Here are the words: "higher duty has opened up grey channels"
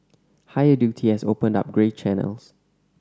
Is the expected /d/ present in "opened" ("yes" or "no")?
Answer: yes